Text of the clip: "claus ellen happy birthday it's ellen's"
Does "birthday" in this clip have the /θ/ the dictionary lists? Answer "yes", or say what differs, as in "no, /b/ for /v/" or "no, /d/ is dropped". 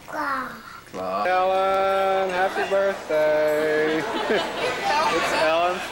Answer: yes